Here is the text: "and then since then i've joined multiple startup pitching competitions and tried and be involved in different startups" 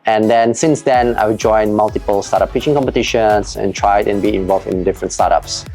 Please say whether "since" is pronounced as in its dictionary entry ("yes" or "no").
yes